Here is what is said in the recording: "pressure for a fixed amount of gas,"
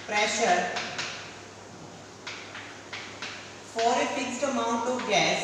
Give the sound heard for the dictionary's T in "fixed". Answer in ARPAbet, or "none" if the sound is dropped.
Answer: T